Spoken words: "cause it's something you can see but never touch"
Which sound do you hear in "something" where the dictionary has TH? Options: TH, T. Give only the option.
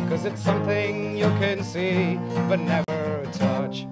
TH